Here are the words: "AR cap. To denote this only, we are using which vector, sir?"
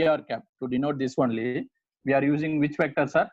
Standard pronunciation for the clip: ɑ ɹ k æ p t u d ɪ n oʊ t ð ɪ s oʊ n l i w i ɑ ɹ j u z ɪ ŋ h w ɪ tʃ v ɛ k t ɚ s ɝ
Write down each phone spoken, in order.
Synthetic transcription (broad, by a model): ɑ ɹ k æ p t u d ɪ n oʊ t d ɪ s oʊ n l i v i ɑ ɹ j u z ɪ ŋ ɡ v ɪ tʃ f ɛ k t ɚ s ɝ